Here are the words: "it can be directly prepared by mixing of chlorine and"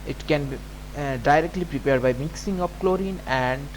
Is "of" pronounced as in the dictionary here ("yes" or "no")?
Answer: no